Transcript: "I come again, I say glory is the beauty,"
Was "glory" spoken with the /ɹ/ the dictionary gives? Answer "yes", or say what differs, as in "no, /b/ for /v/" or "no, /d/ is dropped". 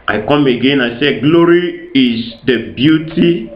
yes